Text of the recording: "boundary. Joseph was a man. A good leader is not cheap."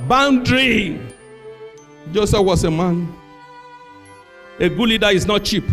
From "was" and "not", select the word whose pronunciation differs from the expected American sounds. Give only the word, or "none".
was